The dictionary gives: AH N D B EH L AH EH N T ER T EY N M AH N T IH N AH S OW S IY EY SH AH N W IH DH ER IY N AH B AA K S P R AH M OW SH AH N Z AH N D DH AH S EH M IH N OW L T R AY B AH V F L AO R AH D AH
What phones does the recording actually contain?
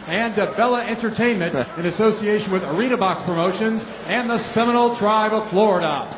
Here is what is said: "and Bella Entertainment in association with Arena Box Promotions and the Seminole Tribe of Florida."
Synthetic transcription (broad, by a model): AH N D B EH L AH EH N T ER T EY N M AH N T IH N AH S OW S IY EY SH AH N W IH DH ER IY N AH B AA K S P R AH M OW SH AH N Z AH N DH AH S EH M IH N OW L T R AY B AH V F L AO R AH D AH